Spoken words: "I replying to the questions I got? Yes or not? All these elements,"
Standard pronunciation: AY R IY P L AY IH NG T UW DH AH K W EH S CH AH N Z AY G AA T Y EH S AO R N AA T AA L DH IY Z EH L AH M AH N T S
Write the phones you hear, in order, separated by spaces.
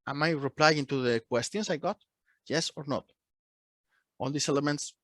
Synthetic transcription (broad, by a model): AY R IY P L AY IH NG T UW DH AH K W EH S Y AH N S AY G AA T Y EH S AO R N AA T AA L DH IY S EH L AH M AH N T S